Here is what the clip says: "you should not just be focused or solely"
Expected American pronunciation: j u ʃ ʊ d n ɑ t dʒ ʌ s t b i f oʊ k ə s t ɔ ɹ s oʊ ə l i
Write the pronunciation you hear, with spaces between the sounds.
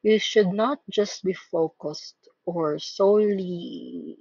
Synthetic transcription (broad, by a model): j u ʃ ʊ d n ɑ t dʒ ʌ s t b i f oʊ k ə s t ɔ ɹ s oʊ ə l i